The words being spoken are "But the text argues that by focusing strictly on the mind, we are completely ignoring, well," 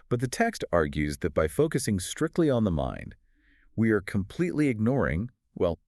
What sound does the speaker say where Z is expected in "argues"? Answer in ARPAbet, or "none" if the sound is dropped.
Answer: Z